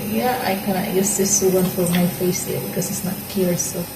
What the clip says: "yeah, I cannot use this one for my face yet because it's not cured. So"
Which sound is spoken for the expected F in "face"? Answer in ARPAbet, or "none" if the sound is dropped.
F